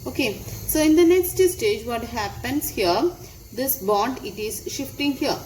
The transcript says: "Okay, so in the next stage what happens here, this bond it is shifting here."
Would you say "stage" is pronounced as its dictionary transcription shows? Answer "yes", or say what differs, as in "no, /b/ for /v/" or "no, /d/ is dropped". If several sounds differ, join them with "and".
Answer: yes